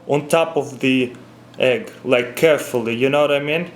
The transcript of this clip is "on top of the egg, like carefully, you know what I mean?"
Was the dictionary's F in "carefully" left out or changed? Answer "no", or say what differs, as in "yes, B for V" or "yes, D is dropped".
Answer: no